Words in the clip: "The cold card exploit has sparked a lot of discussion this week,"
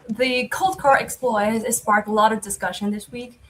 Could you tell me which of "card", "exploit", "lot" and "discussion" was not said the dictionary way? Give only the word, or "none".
card